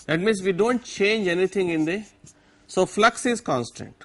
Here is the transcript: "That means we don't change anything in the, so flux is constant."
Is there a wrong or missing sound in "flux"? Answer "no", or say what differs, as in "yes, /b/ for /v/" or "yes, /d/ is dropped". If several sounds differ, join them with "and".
no